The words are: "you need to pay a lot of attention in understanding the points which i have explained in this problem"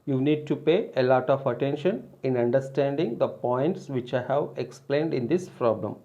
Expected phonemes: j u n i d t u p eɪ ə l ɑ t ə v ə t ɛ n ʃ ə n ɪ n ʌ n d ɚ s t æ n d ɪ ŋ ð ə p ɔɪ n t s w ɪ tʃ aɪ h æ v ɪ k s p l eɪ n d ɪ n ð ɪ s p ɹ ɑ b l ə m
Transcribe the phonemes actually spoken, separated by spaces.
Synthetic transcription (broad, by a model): j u n i d t u p eɪ ə l ɑ t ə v ə t ɛ n ʃ ə n ɪ n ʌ n d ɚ s t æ n d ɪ ŋ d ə p ɔɪ n t s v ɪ tʃ aɪ h æ v ɪ k s p l eɪ n d ɪ n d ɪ s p ɹ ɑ b l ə m